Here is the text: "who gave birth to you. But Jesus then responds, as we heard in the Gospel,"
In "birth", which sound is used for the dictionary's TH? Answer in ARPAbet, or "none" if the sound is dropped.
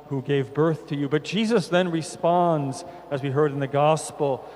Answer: TH